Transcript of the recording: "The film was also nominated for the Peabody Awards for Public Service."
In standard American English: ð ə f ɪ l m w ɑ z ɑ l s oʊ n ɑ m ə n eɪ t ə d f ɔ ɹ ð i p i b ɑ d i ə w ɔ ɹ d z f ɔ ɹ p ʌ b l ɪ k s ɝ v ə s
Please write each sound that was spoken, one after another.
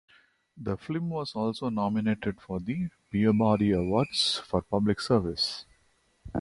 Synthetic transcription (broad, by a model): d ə f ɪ m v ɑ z ɑ l s oʊ n ɑ m ə n eɪ t ə d f ɔ ɹ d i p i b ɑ d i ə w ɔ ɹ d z f ɔ ɹ p ʌ b l ɪ k s ɝ v ə s